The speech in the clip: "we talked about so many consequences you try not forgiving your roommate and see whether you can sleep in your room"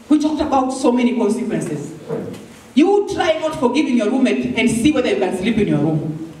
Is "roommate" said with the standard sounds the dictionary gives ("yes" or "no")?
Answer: no